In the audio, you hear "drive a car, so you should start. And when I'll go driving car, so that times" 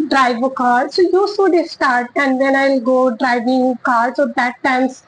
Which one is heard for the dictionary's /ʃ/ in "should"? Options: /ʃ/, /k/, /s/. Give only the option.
/s/